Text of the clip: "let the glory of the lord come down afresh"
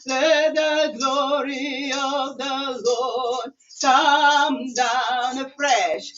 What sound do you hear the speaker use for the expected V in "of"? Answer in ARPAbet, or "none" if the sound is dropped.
V